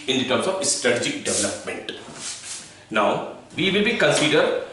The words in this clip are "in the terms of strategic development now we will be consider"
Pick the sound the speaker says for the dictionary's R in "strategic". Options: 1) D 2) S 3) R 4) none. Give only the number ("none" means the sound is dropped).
3